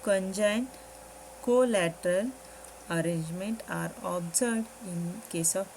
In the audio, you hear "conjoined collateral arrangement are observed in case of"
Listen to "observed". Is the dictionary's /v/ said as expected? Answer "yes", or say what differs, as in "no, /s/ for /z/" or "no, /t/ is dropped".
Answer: no, /v/ is dropped